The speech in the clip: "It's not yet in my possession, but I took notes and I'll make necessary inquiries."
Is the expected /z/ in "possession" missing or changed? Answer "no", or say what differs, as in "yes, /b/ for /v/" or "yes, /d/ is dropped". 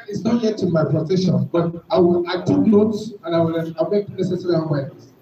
yes, /s/ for /z/